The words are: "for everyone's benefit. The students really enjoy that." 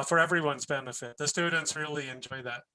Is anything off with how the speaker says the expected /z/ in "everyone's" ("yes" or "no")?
no